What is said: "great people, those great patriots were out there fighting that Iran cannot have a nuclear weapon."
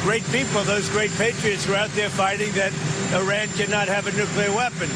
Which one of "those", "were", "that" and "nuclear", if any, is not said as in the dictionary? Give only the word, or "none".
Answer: none